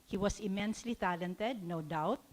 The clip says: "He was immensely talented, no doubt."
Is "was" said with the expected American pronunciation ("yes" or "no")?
no